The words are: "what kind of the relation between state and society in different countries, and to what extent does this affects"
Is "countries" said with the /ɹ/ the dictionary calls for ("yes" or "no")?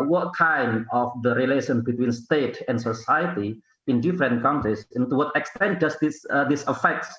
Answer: no